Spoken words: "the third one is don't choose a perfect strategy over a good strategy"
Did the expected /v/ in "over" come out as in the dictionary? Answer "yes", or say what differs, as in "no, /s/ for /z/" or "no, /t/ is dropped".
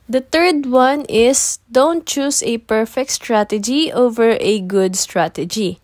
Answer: yes